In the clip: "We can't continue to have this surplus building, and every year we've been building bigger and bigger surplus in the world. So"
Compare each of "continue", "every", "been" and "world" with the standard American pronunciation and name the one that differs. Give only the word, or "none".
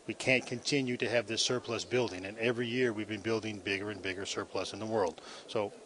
none